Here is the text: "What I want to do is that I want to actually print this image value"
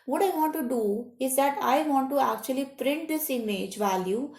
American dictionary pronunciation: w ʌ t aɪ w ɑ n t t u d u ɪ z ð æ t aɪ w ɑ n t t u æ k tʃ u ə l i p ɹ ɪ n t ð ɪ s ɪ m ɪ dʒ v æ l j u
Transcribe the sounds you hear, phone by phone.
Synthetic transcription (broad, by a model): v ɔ t aɪ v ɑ n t t u d u ɪ z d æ t aɪ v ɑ n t t u æ k tʃ u ə l i p ɹ ɪ n t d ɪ s ɪ m ɪ dʒ v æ l j u